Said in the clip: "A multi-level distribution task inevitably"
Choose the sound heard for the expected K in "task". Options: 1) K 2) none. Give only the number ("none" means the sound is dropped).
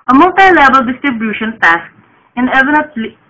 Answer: 1